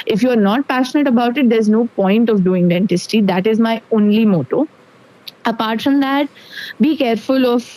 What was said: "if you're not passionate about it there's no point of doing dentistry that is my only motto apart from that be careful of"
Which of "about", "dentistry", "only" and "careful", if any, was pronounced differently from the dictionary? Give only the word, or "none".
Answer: dentistry